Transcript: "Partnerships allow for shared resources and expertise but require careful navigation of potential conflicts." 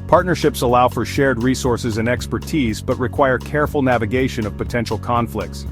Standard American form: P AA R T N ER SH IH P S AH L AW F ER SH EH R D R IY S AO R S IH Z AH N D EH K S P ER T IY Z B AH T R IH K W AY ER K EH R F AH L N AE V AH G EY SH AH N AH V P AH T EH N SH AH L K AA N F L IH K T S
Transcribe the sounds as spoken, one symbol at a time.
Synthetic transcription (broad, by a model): P AA R T N ER SH IH P S AH L AW F ER SH EH R D R IY S AO R S IH Z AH N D EH K S P ER T IY Z B AH T R IH K W AY ER K EH R F L N AE V AH G EY SH AH N AH V P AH T EH N SH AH L K AA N F L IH K T S